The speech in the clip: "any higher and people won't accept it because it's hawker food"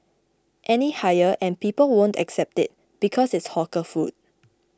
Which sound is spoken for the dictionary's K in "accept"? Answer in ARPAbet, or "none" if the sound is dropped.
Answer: K